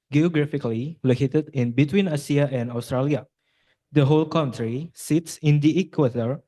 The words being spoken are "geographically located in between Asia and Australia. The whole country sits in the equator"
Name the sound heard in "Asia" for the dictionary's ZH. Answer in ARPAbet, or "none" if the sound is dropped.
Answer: S